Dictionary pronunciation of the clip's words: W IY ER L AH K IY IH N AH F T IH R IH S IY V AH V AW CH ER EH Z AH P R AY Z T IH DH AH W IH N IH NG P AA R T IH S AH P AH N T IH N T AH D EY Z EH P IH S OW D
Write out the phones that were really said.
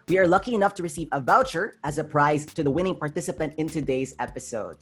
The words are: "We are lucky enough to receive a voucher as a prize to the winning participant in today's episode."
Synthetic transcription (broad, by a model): W IY ER L AH K IY IH N AH F T IH R IH S IY V AH V AW CH ER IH Z AH P R AY Z T IH DH AH W IH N IH NG P AA R T IH S AH P AH N T IH N T AH D EY Z EH P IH S OW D